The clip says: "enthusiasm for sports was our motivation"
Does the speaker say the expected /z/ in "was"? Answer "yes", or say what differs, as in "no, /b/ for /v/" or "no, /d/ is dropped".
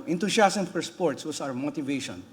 no, /s/ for /z/